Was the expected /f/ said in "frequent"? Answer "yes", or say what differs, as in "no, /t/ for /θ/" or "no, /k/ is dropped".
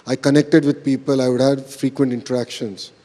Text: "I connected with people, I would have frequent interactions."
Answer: yes